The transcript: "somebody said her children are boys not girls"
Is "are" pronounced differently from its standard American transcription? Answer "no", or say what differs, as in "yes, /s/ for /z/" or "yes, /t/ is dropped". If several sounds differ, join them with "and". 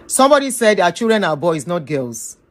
yes, /w/ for /ɹ/